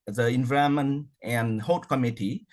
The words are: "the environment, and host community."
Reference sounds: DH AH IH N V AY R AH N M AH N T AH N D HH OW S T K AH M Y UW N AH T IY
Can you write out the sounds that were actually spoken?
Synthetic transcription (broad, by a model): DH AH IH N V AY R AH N M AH N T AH N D HH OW T K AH M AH T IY